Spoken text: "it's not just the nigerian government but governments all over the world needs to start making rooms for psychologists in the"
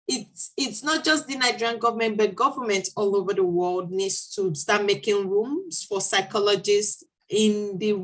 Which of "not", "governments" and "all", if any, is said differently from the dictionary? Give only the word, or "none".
governments